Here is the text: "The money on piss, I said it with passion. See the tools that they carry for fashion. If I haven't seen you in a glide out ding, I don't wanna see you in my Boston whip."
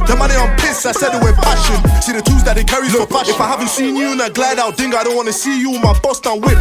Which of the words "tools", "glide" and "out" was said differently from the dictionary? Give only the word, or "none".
tools